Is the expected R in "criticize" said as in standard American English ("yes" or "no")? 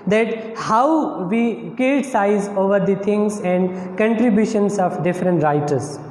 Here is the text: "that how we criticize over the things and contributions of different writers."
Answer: no